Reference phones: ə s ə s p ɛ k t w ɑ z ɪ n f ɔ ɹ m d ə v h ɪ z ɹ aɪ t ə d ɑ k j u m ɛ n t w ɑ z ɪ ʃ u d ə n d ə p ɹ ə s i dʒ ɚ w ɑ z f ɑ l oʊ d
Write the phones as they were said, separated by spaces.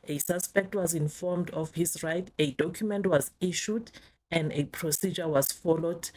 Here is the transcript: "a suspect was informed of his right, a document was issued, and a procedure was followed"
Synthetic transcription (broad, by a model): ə s ə s p ɛ k t w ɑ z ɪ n f ɔ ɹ m d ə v h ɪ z ɹ aɪ t ə d ɑ k j u m ɛ n t w ɑ z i ʃ u d ə n d ə p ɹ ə s i dʒ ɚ w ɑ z f ɑ l oʊ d